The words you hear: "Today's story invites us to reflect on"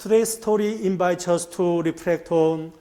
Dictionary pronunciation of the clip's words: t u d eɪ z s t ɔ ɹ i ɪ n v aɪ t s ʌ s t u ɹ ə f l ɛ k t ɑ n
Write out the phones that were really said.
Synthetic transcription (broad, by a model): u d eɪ s t ɔ ɹ i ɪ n b aɪ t ʌ s t u ɹ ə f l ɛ k t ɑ n